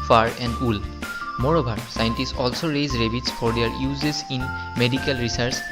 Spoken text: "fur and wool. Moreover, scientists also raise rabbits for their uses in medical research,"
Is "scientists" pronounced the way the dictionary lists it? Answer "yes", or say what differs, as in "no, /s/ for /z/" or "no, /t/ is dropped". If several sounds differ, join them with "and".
yes